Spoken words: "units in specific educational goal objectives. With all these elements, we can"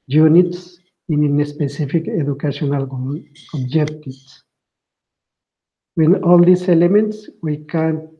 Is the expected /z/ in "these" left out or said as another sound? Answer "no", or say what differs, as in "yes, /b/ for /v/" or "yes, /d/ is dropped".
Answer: yes, /s/ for /z/